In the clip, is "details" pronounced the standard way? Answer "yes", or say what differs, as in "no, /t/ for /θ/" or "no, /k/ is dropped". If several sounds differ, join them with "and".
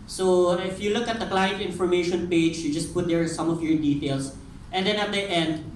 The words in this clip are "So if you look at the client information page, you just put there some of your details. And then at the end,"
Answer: no, /s/ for /z/